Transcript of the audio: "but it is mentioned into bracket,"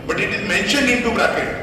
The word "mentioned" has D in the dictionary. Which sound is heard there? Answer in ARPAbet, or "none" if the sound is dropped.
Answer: none